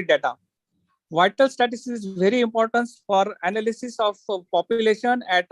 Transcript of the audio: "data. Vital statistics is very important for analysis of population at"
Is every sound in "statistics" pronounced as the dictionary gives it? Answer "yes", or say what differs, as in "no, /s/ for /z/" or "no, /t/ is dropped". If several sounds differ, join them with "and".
no, /k/ is dropped